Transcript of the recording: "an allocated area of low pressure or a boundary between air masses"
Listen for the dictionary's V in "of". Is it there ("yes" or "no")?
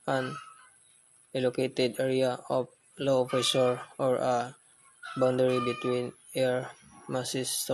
no